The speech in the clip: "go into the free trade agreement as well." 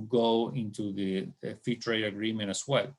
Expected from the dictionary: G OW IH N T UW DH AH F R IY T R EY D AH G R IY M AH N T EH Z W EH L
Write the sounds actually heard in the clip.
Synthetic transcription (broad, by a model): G OW IH N T UW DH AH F IY T R EY D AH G R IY M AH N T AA S W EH L